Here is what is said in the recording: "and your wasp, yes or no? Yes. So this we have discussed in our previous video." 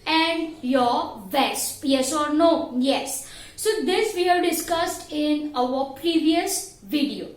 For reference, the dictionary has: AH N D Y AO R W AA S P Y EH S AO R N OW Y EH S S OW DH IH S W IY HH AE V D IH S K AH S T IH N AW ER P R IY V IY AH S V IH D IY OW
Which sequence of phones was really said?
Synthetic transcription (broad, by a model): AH N D Y AO R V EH S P Y EH S AO R N OW Y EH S S OW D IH S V IY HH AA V D IH S K AH S T IH N AW ER P R IY V IY AH S V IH D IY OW